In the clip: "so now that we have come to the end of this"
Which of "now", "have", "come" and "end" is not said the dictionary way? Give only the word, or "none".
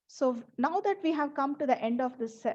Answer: none